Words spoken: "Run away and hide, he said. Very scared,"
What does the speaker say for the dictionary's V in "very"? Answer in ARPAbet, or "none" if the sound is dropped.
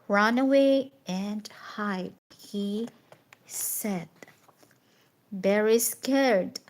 B